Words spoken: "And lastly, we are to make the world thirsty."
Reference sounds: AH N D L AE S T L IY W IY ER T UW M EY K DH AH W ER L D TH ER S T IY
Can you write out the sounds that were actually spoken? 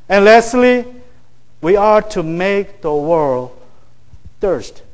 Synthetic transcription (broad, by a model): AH N L AE S T L IY W IY ER T UW M EY K DH AH W ER L D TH ER S T